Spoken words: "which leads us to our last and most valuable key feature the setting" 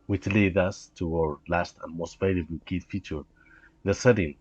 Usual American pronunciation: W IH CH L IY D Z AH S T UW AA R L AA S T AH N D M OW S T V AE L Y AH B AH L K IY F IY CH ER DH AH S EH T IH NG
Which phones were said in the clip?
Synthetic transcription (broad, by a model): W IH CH L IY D AH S T UW AA R L AA S T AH N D M OW S T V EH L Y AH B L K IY F IY CH ER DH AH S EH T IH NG